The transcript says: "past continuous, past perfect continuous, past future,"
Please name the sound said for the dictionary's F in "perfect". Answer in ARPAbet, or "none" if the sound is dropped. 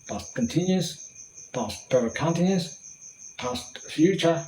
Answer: none